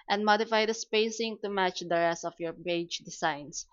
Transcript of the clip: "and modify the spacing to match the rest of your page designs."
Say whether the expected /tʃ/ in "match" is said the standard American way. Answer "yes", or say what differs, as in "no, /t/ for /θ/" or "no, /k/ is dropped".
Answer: yes